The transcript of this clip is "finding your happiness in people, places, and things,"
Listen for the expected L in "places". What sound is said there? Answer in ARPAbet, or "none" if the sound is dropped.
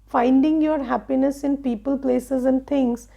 L